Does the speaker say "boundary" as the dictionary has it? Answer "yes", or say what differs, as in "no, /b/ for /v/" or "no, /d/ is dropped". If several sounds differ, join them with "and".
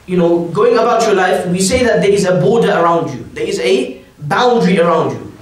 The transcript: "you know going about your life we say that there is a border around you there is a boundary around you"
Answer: yes